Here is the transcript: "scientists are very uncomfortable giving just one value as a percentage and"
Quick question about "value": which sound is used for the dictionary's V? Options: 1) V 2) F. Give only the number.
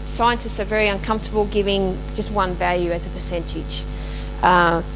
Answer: 1